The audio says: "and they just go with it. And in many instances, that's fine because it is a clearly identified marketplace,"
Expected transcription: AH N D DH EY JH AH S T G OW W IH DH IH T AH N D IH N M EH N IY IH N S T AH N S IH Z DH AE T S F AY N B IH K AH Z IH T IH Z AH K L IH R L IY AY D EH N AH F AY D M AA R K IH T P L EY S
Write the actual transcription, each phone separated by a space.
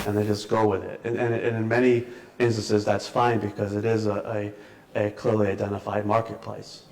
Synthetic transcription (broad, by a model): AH N DH EY JH AH S G OW W IH DH IH T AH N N IH N M EH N IY IH N S T AH N S IH Z DH AE T S F AY N B IH K AH Z IH T IH Z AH K L IH R L IY AY D EH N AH F AY D M AA R K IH T P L EY S